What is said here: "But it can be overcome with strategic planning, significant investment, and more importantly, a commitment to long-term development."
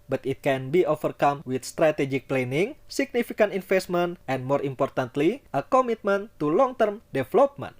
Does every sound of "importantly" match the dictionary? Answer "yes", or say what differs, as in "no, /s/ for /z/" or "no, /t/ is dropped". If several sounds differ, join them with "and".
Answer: yes